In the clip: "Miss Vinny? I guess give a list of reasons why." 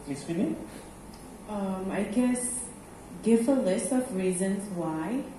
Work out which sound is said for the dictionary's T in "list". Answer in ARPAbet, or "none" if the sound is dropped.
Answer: T